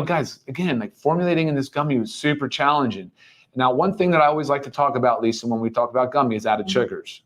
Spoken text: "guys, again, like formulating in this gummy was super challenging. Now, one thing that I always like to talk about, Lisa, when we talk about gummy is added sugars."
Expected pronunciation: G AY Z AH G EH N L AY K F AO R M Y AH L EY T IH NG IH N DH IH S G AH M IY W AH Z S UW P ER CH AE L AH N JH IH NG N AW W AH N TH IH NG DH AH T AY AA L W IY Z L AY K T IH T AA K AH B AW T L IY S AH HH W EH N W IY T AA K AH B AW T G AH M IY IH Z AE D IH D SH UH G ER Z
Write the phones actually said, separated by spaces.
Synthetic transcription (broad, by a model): G AY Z AH G EH N L AY K F AO R M Y L EY T IH NG IH N DH IH S G AH M IY W AH Z S UW P ER CH AE L AH N JH IH NG N AW W AH N TH IH NG DH AH T AY AA L W IY Z L AY K T IH T AA K AH B AW T L IY S AH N W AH N W IY T AA K AH B AW T G AH M IY IH Z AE D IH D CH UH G ER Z